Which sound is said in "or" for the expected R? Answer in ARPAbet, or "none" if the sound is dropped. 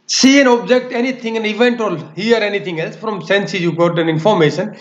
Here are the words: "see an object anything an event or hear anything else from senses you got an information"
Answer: L